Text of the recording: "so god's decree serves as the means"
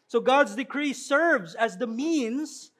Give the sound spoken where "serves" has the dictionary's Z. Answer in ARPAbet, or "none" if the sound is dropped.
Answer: Z